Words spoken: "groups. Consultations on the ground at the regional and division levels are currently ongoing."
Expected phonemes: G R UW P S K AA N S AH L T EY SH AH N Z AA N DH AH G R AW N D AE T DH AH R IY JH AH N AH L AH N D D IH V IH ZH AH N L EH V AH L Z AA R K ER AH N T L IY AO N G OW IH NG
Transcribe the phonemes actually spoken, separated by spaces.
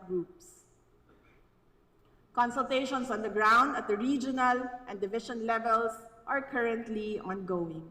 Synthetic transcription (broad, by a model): G R UW P S K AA N S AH L T EY SH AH N S AA N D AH G R AW N D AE T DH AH R IY JH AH N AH L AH N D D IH V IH SH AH N L EH V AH L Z AA R K ER AH N T L IY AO N G OW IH NG